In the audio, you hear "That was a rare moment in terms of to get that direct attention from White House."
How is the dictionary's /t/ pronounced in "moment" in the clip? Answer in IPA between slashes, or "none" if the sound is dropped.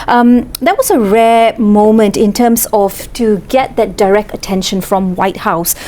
/t/